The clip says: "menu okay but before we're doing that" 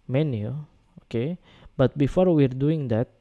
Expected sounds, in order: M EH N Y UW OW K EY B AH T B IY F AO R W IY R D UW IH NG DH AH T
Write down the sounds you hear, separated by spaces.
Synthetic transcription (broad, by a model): M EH N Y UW OW K EY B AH T B IY F AO R W IY R D UW IH NG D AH T